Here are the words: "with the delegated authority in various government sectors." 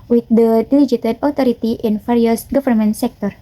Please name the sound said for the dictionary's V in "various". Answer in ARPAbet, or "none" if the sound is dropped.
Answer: F